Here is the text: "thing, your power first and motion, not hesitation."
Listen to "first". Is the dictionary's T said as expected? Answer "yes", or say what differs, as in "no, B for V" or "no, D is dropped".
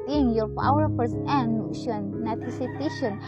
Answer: no, T is dropped